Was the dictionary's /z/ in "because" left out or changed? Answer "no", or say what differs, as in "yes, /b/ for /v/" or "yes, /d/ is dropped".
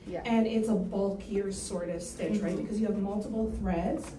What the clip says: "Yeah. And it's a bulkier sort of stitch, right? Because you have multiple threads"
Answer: no